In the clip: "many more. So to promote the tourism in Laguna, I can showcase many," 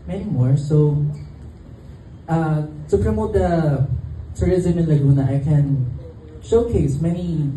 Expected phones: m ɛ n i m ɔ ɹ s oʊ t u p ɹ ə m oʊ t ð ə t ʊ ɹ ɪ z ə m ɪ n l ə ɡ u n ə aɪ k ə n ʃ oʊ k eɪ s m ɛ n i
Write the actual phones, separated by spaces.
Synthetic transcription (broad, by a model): m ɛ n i m ɔ ɹ s oʊ t u p ɹ ə m oʊ t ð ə t ʊ ɹ ɪ z ə m ɪ n l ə ɡ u n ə aɪ k ə n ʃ oʊ k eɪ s m ɛ n i